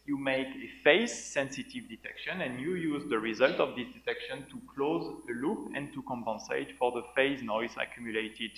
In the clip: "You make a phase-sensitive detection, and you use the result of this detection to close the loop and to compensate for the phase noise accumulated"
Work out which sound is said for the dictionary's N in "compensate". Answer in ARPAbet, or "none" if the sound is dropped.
N